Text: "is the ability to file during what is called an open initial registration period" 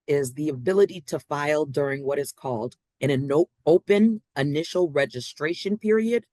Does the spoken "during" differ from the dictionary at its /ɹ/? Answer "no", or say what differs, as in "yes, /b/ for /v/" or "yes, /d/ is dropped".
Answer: no